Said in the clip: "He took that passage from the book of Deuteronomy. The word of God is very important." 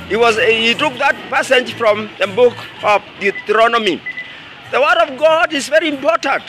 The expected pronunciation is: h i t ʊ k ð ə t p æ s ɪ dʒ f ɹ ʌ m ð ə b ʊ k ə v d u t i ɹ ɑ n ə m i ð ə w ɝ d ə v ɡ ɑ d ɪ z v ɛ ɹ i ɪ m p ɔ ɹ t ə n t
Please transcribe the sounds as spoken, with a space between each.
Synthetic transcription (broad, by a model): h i t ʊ k ð ə t p æ s ɪ dʒ f ɹ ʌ m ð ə b ʊ k ə v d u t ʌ ɹ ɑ n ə m i ð ə w ɝ d ə v ɡ ɑ d ɪ z v ɛ ɹ i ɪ m p ɔ ɹ t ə n t